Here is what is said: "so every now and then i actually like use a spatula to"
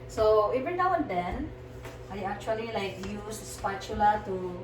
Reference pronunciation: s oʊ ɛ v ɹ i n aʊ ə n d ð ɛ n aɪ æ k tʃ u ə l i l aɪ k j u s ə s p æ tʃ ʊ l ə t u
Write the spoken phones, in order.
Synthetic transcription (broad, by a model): s oʊ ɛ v i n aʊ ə n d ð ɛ n aɪ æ k tʃ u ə l i l aɪ k j u s ə s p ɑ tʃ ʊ l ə t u